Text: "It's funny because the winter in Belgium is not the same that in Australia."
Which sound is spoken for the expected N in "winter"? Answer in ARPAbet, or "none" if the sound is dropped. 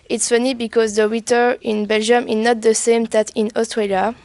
none